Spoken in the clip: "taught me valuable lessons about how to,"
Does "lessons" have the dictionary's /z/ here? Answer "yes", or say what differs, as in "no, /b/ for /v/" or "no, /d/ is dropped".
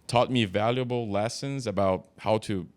yes